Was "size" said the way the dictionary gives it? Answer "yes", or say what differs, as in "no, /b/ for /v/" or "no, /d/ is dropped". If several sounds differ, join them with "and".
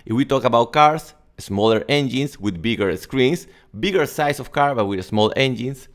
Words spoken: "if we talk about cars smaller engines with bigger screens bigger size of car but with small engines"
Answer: no, /s/ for /z/